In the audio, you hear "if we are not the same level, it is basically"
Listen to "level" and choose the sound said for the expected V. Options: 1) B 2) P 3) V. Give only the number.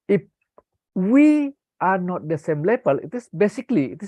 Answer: 1